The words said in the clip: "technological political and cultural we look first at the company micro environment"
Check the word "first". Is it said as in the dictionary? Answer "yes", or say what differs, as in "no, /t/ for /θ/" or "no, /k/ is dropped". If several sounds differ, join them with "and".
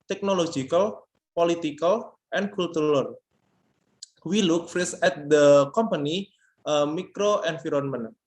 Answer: no, /t/ is dropped